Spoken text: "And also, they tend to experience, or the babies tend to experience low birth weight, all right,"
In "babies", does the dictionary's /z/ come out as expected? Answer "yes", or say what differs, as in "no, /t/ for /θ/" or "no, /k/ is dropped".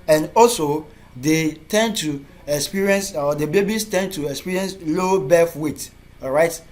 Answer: no, /s/ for /z/